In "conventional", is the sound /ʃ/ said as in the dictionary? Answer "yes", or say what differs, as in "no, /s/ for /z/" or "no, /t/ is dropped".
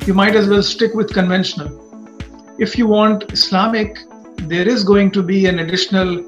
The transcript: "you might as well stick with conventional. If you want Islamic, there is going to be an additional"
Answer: yes